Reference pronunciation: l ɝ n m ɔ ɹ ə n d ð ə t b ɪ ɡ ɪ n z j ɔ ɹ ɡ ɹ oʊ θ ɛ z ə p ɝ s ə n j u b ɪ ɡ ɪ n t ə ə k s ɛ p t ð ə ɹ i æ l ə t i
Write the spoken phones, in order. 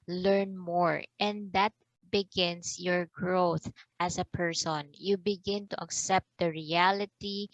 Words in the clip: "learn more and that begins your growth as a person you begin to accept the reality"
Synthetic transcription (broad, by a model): l ɝ n m ɔ ɹ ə n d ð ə t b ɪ ɡ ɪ n s j ɔ ɹ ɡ ɹ oʊ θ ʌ s ə p ɝ s ə n j u b ɪ ɡ ɪ n t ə ə k s ɛ p t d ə ɹ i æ l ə t i